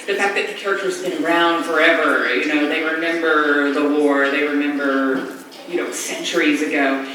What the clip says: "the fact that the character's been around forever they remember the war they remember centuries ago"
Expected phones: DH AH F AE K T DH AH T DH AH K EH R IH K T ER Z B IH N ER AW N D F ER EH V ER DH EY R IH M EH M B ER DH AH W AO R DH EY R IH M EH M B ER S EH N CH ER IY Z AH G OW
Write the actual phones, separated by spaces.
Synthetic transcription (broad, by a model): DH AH F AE K DH AH T DH AH K EH R IH K T ER Z B IH N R AW N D F ER EH V ER DH EY R IH M EH M B ER DH AH W AO R DH EY R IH M EH M B ER S EH N CH ER IY Z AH G OW